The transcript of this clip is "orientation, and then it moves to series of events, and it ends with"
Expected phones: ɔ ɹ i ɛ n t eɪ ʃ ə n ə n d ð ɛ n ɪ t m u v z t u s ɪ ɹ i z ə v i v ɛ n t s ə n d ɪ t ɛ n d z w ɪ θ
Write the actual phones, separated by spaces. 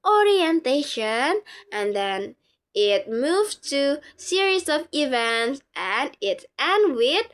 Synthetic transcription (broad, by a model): ɔ ɹ i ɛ n t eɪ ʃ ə n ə n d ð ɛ n ɪ t m u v t u s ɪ ɹ i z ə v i v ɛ n t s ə n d ɪ t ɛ n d w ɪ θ